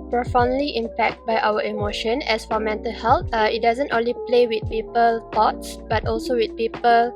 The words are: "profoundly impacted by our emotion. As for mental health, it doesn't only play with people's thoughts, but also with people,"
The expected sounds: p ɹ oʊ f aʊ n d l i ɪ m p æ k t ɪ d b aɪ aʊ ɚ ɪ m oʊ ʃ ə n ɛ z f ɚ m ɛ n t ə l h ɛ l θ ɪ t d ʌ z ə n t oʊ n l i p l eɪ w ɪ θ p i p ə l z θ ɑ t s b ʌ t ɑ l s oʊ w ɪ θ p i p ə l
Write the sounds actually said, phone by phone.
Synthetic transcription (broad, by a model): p ɹ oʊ f aʊ n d l i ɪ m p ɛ k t b aɪ aʊ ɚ ɪ m oʊ ʃ ə n ɛ s f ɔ m ɛ n t ə l h ɛ l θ ɪ t d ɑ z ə n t oʊ n l i p l eɪ w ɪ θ p i p ə l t ɑ t s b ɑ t ɑ l s oʊ w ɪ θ p i p ə l